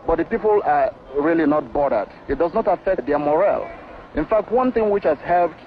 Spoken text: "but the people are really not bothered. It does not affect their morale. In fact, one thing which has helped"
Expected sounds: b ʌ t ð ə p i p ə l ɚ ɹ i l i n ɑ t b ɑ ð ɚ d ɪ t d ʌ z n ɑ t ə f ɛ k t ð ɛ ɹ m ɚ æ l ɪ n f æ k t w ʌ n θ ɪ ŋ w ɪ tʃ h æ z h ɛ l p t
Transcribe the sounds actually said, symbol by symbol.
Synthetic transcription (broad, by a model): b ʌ t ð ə p i p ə l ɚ ɹ i l i n ɑ t b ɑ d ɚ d ɪ t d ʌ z n ɑ t ə f ɛ k t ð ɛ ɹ m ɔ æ l ɪ n f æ k t w ʌ n θ ɪ ŋ w ɪ tʃ h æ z h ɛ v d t